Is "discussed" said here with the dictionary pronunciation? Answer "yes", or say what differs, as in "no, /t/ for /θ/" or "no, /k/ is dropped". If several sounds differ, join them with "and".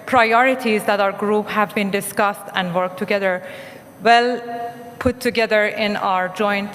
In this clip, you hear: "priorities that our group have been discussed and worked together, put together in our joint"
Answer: yes